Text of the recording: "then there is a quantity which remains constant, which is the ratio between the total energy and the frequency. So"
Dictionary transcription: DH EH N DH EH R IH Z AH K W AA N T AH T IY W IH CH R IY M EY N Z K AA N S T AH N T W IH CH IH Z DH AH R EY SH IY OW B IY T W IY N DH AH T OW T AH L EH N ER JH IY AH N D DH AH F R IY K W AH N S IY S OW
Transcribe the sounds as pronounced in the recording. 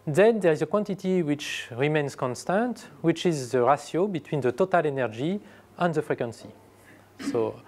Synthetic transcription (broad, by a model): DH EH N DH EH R IH Z AH K W AA N T AH T IY W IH CH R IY M EY N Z K AA N S T AH N T W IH CH IH Z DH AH R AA S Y OW B IY T W IY N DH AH T OW T AH L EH N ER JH IY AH N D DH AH F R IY K W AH N S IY S OW